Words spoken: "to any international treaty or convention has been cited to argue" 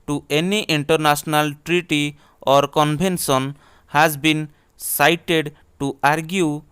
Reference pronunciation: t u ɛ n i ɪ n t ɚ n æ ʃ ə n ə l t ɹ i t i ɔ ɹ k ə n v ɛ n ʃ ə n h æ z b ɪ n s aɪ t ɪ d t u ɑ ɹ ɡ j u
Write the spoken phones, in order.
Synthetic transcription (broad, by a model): t u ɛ n i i n t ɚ n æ s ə n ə l t ɹ i t i ɔ ɹ k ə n b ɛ n s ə n h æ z b ɪ n s aɪ t ɪ d t u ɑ ɹ ɡ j u